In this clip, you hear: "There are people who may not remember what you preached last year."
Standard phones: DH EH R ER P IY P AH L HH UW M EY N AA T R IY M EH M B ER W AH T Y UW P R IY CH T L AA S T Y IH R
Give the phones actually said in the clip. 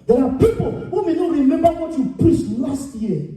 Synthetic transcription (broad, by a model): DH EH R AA P IY P AH L HH UW M EY N AA T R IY M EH M B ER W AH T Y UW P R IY S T L AA S T Y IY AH